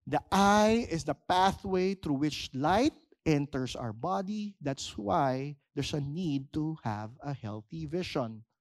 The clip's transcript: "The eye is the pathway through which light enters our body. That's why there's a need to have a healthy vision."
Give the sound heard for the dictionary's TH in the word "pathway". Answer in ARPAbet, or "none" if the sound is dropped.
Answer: TH